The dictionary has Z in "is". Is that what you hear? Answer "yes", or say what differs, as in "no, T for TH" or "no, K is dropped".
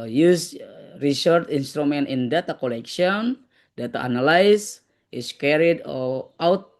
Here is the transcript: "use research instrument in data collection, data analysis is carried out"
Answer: no, S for Z